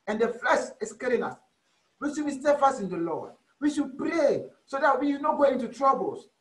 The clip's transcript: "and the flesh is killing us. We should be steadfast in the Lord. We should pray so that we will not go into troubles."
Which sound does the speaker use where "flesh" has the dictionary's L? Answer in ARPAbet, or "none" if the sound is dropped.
none